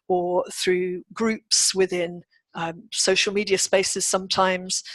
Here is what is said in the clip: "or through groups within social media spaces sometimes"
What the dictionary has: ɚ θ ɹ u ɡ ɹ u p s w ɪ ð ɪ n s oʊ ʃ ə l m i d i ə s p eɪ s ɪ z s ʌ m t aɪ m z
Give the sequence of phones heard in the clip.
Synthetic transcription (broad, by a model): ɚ θ ɹ u ɡ ɹ u p s w ɪ ð ɪ n s oʊ ʃ ə l m i d i ə s p eɪ s ɪ z s ʌ m t aɪ m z